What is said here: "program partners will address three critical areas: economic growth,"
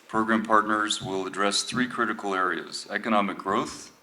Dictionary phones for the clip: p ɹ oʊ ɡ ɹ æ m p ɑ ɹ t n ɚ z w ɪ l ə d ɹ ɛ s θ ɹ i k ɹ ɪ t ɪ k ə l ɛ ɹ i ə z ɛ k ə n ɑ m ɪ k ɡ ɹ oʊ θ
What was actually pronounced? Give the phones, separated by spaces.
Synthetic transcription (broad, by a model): p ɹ oʊ ɡ ɹ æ m p ɑ ɹ t n ɚ z w ɪ l ə d ɹ ɛ s θ ɹ i k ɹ ɪ t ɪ k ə l ɛ ɹ i ə z ɛ k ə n ɑ m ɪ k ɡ ɹ oʊ θ